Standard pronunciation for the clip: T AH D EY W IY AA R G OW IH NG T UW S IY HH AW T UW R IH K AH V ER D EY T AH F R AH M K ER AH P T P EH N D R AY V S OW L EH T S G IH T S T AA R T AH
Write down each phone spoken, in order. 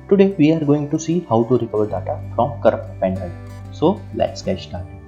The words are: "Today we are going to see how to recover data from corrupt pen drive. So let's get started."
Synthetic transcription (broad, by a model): T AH D EY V IY AA R G OW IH NG T UW S IY HH AW T UW R IH K AH V ER D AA T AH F R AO M K ER AH P T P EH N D AY S OW L EH T S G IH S T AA R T